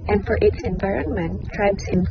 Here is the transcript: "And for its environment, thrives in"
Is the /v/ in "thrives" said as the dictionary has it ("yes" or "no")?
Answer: no